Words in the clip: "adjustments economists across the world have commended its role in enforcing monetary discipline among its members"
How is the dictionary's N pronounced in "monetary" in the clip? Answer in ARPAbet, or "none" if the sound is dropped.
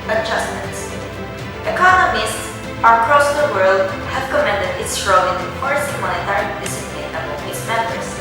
none